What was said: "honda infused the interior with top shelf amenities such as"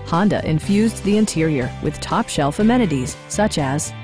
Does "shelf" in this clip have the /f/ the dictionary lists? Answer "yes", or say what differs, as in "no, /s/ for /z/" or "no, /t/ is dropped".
yes